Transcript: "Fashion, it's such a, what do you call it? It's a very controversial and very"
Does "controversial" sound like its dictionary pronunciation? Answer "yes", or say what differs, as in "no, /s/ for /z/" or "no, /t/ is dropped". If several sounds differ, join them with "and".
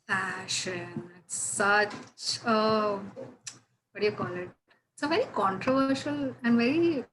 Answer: yes